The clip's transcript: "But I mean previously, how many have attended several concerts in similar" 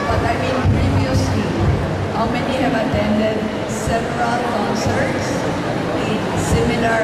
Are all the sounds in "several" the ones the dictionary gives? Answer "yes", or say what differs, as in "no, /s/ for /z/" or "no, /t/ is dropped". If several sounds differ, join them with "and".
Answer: no, /p/ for /v/